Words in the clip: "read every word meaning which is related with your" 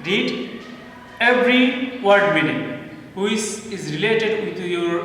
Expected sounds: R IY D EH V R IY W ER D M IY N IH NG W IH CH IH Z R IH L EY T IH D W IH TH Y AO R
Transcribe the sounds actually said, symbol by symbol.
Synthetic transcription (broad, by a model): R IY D EH V R IY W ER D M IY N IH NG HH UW S IH Z R IH L EY T IH D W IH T Y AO R